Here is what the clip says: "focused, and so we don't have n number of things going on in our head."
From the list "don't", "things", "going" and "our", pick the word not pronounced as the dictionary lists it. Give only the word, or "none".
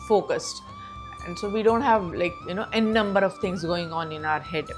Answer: things